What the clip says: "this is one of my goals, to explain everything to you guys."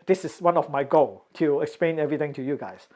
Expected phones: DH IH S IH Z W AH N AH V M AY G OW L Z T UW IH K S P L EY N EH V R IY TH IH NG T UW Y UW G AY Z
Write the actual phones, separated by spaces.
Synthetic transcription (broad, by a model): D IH S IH S W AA N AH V M AY G OW L T UW IH K S P L EY N EH V R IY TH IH NG T UW Y UW G AY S